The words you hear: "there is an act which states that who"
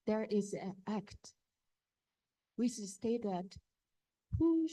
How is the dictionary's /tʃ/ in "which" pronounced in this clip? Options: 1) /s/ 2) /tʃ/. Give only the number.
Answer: 1